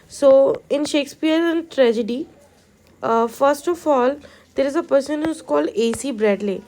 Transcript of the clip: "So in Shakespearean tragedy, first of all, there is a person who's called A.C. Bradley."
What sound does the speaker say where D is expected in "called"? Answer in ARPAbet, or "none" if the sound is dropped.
none